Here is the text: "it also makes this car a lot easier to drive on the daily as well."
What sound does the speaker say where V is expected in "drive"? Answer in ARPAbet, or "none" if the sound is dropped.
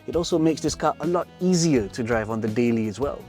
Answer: V